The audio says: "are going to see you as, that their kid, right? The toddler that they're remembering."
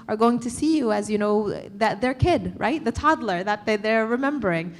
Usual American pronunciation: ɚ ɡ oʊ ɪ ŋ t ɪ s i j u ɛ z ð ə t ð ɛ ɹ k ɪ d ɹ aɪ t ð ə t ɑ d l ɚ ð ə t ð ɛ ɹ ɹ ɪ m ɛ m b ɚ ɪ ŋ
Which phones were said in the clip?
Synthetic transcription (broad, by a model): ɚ ɡ oʊ ɪ ŋ t ɪ s i j u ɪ z ð ə t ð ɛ ɹ k ɪ d ɹ aɪ t ð ə t ɑ d l ɚ ð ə t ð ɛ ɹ ɹ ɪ m ɛ m b ɚ ɪ ŋ